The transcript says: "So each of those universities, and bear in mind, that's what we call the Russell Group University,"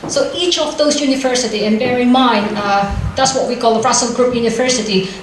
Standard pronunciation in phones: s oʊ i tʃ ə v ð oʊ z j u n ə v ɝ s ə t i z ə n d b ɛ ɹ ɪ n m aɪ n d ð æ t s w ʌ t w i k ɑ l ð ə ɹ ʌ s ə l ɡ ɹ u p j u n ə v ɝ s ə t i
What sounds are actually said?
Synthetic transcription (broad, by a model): s oʊ i tʃ ə v ð oʊ z j u n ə v ɝ s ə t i ə n b ɛ ɹ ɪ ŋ m aɪ n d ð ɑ t s w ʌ t w i k ɑ l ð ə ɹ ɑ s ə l ɡ ɹ u p j u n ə v ɝ s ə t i